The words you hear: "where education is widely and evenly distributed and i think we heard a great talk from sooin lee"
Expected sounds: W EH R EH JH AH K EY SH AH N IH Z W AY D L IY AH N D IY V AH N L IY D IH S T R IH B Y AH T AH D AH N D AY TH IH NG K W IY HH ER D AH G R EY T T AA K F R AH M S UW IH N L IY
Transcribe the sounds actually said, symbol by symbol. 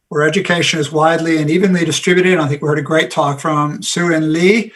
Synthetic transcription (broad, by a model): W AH R EH JH AH K EY SH AH N IH Z W AY D L IY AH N IY V AH N L IY D IH S T R IH B Y AH T AH D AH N AY TH IH NG K W IY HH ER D AH G R EY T T AA K F R AH M S UW IH N L IY